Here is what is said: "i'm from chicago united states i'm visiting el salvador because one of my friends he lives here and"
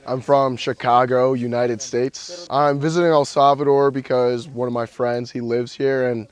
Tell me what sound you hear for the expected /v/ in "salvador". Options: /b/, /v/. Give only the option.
/v/